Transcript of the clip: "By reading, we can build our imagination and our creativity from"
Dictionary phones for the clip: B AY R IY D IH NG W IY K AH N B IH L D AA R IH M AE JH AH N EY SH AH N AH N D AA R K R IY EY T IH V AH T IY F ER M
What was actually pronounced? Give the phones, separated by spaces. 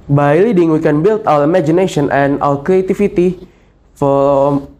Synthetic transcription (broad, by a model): B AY L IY D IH NG W IY K AH N B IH L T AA L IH M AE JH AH N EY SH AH N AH N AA L K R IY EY T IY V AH T IY F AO